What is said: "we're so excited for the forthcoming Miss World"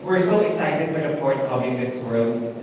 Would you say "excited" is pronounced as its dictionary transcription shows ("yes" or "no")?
no